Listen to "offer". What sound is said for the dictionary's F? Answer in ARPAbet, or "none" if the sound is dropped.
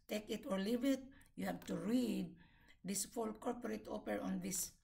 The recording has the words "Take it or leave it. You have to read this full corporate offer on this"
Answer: P